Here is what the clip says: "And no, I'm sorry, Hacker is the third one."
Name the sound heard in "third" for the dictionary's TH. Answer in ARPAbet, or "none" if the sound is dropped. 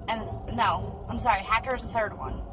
TH